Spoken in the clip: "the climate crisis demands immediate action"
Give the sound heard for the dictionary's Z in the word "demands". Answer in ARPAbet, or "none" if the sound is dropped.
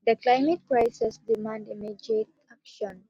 none